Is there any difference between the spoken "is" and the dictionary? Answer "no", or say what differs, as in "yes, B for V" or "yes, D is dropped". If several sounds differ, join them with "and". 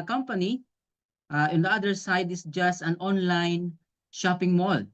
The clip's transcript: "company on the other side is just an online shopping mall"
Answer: yes, S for Z